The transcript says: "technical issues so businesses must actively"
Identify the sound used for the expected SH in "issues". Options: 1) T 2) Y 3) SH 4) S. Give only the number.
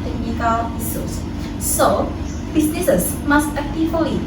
4